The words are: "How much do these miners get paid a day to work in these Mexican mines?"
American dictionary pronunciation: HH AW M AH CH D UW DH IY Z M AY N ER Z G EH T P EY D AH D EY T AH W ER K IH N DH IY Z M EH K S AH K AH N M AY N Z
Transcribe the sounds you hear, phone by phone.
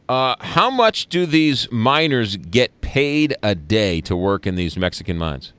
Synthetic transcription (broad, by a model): HH AW M AH CH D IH DH IY Z M AY N ER Z G EH T P EY D AH D EY T AH W ER K IH N DH IY Z M EH K S AH K AH N M AY N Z